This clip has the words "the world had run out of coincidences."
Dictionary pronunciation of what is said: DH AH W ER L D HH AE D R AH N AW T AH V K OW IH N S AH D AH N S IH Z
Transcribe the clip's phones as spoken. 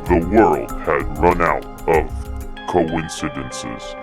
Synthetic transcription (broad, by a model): DH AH W ER L D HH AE D R AH N AW T AH V K OW IH N S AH D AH N S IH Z